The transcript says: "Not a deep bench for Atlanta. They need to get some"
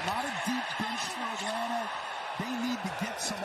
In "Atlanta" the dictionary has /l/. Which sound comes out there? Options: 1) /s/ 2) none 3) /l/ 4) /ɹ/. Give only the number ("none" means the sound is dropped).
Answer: 2